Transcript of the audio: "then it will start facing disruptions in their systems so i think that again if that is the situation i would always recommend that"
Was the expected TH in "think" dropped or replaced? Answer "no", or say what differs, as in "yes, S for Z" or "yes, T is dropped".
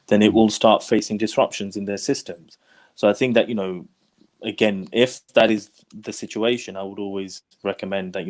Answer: no